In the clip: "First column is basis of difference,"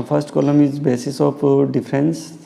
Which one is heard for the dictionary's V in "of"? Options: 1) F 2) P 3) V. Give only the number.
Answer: 2